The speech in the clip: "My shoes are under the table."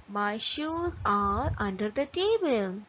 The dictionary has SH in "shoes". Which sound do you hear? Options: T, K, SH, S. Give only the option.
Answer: SH